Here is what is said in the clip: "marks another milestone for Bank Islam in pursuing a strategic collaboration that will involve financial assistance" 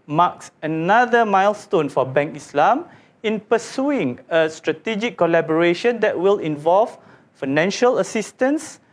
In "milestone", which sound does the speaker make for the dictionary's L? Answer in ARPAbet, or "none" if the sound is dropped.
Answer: L